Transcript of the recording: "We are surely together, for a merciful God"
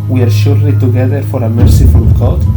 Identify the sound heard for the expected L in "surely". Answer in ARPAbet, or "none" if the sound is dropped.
none